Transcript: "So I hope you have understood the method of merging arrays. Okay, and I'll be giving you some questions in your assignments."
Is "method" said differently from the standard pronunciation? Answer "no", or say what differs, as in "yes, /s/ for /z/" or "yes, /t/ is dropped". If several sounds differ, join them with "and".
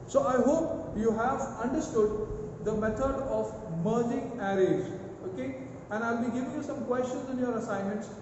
yes, /t/ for /θ/